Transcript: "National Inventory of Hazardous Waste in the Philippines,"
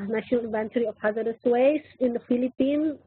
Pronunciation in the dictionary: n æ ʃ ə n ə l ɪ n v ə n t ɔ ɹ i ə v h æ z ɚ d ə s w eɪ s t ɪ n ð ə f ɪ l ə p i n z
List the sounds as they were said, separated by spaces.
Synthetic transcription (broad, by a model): n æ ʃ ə n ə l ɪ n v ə n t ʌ ɹ i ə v h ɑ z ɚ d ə s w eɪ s ɪ n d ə f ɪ l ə p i n